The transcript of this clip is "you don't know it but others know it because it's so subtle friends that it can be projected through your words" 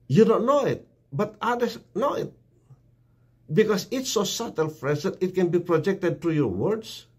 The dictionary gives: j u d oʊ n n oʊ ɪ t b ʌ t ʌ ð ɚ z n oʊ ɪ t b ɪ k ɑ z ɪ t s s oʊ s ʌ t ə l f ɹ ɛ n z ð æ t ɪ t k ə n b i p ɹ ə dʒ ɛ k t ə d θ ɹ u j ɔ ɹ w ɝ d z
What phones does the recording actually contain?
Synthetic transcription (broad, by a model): j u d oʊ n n oʊ ɪ t b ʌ t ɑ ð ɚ s n oʊ ɪ t b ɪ k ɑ s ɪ t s s oʊ s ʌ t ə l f ɹ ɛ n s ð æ t ɪ t k ə n b i p ɹ ə dʒ ɛ k t ə d t ɹ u j ɔ ɹ w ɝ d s